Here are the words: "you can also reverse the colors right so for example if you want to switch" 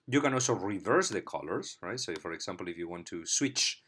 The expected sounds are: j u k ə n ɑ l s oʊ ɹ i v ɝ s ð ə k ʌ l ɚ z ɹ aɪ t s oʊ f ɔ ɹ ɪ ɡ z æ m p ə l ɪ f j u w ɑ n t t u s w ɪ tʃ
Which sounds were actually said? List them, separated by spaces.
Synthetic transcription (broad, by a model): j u k ə n ɑ l s oʊ ɹ i v ɝ s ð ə k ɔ l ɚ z ɹ aɪ t s oʊ f ɔ ɹ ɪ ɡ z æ m p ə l ɪ f j u w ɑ n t t u s w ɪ tʃ